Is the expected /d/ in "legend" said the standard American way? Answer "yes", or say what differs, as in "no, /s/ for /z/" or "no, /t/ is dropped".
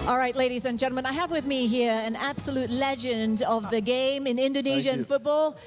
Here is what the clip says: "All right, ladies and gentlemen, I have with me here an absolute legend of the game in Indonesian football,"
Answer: yes